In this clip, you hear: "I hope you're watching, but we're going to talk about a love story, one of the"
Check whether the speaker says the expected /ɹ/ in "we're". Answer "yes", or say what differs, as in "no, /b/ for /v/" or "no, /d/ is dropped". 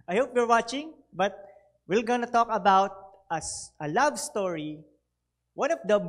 no, /l/ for /ɹ/